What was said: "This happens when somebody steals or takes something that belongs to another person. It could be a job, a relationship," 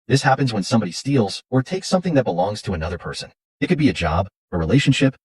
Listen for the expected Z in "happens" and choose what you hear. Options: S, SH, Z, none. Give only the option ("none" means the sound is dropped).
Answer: Z